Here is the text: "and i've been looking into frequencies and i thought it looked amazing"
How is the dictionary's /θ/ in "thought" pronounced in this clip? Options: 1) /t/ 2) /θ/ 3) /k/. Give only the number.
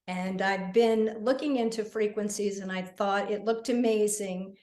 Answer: 2